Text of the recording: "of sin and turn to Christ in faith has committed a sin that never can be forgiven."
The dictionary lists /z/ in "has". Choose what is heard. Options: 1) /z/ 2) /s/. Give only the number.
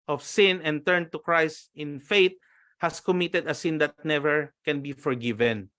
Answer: 2